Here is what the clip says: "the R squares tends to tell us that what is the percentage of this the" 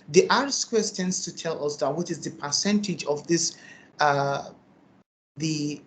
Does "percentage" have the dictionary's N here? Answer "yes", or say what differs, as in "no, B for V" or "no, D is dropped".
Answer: yes